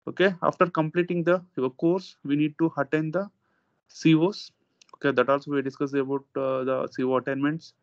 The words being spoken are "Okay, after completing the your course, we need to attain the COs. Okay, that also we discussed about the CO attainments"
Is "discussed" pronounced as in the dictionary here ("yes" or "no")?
no